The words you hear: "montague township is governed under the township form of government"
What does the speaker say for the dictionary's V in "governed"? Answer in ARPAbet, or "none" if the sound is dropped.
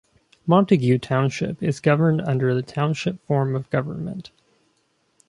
V